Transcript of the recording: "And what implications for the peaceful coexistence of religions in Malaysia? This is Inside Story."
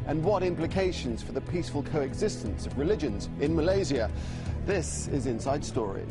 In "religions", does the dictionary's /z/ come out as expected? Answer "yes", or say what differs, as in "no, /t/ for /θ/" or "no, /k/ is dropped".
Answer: yes